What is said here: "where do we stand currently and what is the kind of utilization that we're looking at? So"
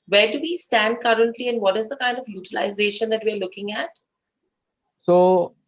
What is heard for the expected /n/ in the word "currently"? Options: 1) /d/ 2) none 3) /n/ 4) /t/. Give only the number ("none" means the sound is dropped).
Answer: 3